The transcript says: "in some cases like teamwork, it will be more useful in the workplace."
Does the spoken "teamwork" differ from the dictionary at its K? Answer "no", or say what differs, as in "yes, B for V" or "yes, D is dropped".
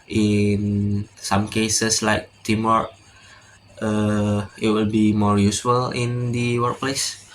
yes, K is dropped